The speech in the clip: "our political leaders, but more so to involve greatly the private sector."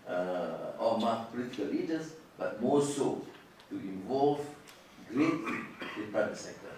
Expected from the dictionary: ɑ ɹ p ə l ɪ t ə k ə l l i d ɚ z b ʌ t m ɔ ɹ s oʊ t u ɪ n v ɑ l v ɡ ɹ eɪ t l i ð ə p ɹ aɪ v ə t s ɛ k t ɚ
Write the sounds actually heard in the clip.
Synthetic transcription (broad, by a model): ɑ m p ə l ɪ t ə k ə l l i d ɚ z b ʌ t m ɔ s oʊ t u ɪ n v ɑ l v ɡ ɹ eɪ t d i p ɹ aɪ ə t s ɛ k t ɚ